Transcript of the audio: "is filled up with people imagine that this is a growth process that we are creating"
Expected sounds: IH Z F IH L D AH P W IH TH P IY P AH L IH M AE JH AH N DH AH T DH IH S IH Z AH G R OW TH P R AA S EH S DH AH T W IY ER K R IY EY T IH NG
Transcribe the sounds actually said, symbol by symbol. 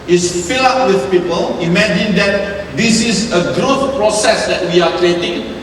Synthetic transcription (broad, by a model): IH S F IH L AA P W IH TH P IY P AH L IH M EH JH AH N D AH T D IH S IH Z AH G R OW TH P R AA S EH S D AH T W IY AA K R IY EY T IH NG